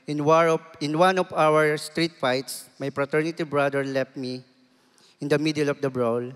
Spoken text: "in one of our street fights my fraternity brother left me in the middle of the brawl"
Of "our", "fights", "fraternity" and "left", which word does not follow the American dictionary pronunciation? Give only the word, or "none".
fraternity